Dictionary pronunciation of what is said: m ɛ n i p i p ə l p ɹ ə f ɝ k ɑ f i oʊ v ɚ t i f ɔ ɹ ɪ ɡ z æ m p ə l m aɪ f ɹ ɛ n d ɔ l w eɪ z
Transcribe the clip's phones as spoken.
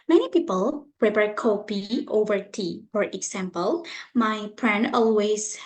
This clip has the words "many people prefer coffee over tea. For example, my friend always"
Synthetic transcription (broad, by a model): m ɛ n i p i p ə l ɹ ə p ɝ k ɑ p i oʊ v ɚ t i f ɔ ɹ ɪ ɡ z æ m p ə l m aɪ p ɹ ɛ n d ɔ l w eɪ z